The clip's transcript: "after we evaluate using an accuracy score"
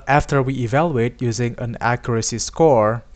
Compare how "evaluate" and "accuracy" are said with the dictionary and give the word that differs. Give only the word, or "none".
none